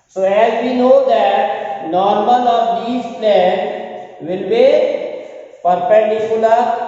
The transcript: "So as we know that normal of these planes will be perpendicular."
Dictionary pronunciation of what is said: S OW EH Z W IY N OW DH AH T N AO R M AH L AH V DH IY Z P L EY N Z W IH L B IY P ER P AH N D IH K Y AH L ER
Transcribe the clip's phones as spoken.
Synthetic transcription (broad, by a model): S OW EH Z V IY N OW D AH T N AO R M AH L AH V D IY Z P L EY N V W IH L B IY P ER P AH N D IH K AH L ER